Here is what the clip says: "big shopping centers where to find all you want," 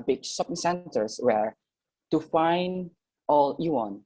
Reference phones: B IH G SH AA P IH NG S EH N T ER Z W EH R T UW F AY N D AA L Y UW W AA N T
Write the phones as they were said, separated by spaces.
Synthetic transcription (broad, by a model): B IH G S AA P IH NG S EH N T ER S W EH R T UW F AY N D AA L Y UW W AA N